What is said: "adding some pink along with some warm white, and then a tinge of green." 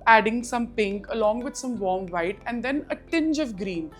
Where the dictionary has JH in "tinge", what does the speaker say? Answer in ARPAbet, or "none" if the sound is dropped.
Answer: JH